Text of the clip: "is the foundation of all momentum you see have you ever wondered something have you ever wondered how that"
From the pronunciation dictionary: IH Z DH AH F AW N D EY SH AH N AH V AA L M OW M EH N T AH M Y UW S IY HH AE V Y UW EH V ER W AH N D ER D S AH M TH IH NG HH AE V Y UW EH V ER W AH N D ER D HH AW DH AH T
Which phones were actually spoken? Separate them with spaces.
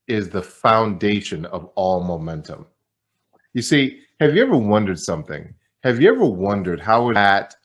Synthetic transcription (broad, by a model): IH Z DH AH F AW N D EY SH AH N AH V AA L M OW M EH N T AH M Y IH S IY HH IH V Y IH EH V ER W AH N D ER D S AH M TH IH NG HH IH V Y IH EH V ER W AH N D ER D HH AW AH T